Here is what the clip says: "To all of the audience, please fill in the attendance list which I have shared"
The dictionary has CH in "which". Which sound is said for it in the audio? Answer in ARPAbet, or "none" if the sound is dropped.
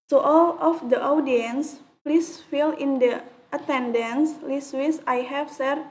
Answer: S